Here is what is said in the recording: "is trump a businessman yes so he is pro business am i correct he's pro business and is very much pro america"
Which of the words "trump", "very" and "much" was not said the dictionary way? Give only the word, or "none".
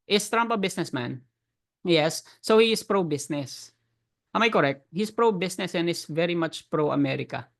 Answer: none